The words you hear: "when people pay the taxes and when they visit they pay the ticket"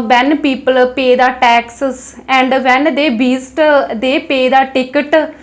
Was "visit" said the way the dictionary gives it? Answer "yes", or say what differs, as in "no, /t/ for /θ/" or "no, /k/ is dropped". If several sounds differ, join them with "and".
no, /b/ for /v/